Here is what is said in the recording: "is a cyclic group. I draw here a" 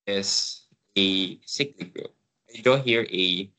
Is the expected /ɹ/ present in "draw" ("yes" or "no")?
no